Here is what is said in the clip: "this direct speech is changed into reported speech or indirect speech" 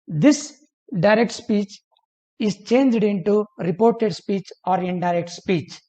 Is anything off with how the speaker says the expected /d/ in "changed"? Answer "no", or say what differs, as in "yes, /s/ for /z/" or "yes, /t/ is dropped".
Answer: no